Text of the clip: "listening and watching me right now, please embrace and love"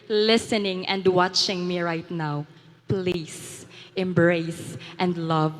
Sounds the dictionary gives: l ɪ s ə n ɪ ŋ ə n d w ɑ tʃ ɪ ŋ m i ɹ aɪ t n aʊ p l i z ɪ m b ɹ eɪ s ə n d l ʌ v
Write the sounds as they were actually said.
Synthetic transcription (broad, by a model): l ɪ s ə n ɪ ŋ ə n d w ɑ tʃ ɪ ŋ m i ɹ aɪ t n aʊ p l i s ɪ m b ɹ eɪ s ə n d l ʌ v